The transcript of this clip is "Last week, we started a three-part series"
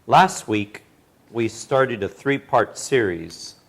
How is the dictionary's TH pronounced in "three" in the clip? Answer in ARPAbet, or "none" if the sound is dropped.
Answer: TH